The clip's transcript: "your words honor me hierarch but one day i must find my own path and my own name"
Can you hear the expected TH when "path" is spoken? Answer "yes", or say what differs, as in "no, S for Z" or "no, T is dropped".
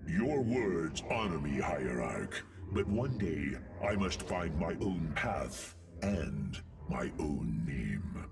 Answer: yes